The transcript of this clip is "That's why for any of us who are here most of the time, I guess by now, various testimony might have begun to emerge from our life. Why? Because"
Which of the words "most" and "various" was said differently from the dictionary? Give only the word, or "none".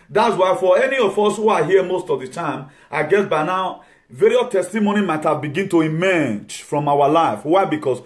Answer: various